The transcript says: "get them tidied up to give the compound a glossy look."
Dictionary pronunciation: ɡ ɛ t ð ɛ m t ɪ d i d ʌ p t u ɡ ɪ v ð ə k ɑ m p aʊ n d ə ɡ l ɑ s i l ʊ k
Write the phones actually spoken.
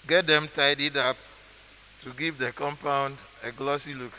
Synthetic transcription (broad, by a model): ɡ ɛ t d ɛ m t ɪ d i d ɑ p t u ɡ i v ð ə k ɑ m p aʊ n d ə ɡ l ɑ s i l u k